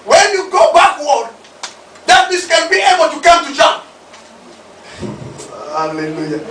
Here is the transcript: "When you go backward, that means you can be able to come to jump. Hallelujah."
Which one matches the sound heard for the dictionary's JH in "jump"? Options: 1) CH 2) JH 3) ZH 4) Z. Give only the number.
1